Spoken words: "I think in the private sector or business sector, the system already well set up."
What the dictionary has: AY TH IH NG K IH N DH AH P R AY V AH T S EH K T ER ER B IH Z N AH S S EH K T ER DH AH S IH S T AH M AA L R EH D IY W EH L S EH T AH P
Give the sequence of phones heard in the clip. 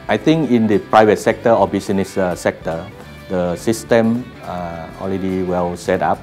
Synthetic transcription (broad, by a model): AY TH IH NG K IH N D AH P R AY V AH T S EH K T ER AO B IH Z N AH S S EH K T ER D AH S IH S T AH M AA L R EH D IY W EH L S EH T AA P